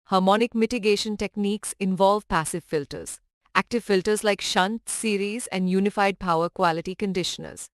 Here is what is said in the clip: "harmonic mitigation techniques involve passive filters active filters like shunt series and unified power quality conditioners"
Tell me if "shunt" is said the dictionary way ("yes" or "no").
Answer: yes